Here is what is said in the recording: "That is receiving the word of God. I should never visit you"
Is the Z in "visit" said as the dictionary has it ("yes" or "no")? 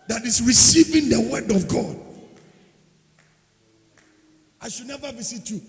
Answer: no